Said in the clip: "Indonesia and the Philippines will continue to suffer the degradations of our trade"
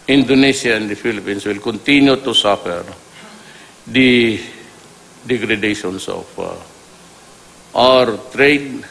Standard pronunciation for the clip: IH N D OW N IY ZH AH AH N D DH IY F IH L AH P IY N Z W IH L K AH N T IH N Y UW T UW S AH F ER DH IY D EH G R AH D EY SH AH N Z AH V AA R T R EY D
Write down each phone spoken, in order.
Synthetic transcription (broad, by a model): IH N D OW N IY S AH AH N D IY F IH L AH P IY N S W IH L K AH N T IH N Y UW T UW S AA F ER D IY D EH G R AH D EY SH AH N S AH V AA R T R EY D